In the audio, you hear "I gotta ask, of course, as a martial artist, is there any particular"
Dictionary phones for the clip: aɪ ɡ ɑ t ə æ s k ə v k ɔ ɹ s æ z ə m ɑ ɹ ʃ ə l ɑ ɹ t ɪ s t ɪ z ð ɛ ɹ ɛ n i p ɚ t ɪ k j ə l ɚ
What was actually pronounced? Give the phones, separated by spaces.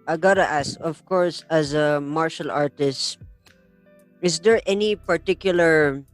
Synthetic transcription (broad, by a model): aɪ ɡ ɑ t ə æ s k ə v k ɔ ɹ s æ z ə m ɑ ɹ ʃ ə l ɑ ɹ t ɪ s t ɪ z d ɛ ɹ ɛ n i p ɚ t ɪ k j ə l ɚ